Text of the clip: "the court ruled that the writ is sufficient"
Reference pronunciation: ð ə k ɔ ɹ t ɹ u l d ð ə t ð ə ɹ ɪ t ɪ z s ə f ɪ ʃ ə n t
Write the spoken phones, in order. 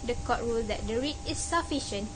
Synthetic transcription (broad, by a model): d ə k ɔ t ɹ u l d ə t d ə ɹ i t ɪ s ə f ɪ ʃ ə n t